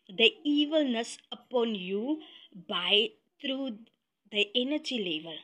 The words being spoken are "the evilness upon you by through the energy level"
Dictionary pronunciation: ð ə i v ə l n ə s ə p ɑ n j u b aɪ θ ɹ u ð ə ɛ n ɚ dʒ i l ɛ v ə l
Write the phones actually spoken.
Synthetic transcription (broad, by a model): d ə i v ə l n ə s ə p ɑ n j u b aɪ t ɹ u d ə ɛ n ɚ dʒ i l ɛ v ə l